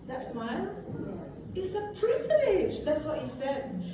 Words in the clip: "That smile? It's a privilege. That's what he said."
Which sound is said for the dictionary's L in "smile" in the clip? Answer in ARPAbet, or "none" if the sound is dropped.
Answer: N